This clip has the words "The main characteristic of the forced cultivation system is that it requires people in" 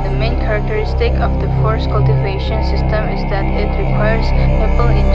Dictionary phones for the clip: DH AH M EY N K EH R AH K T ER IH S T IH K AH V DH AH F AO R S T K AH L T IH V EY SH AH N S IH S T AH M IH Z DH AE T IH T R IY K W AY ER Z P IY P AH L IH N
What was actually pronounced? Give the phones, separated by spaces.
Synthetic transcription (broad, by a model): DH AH M EY N K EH R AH K T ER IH S T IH K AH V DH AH F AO R S K AH L T IH V EY SH AH N S IH S T AH M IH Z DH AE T IH T R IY K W AY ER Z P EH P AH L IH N